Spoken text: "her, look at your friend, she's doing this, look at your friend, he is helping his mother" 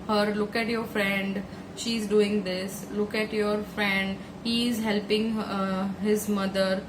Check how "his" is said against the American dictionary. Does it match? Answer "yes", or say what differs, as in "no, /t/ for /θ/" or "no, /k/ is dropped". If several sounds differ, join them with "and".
yes